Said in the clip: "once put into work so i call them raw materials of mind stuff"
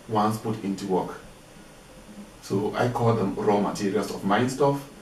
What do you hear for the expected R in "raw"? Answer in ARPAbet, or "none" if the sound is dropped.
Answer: R